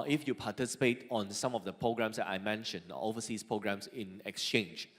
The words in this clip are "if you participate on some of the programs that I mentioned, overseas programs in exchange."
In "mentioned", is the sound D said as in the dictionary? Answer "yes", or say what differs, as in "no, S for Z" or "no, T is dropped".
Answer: no, D is dropped